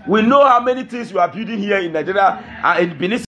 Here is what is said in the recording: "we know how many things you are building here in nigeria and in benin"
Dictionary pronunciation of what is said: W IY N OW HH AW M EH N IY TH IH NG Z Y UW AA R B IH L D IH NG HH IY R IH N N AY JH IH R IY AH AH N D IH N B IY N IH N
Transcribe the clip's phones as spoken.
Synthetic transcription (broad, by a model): W IY N OW HH AW M EH N IY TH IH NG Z Y UW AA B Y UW D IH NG HH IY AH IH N N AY JH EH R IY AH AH IH N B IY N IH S